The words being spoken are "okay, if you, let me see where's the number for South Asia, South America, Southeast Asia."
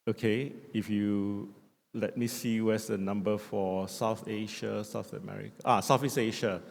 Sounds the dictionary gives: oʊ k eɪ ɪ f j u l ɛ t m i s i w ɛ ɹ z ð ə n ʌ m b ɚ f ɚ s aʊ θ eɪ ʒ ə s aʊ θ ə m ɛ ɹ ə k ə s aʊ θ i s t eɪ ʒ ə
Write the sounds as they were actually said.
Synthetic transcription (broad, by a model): oʊ k eɪ ɪ f j u l ɛ t m i s i w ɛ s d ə n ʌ m b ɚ f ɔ s aʊ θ eɪ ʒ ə s aʊ θ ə m ɛ ɹ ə k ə s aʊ f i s eɪ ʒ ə